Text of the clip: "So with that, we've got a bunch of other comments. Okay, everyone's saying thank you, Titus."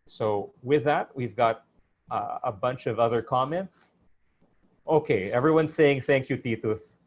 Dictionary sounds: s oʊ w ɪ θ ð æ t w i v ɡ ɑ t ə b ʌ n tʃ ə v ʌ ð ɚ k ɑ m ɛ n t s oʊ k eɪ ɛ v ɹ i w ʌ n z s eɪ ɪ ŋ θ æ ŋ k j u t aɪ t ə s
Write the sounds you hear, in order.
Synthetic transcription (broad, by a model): s oʊ w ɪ ð æ t w i v ɡ ɑ t ə b ʌ n tʃ ə v ʌ ð ɚ k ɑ m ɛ n t s oʊ k eɪ ɛ v ɹ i w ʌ n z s eɪ ɪ ŋ θ æ ŋ k j u t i t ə s